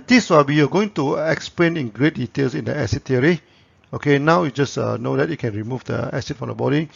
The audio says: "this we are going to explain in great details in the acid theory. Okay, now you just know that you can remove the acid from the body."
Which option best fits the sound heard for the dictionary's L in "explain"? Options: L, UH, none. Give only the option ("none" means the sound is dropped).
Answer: L